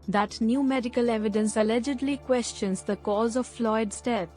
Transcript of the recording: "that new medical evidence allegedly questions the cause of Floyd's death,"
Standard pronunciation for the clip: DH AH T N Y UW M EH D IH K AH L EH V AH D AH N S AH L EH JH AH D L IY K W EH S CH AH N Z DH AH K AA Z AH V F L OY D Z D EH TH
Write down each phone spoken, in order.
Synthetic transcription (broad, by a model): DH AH T N Y UW M EH D IH K AH L EH V AH D AH N S AH L EH JH AH D L IY K W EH S CH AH N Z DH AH K AA Z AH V F L OY D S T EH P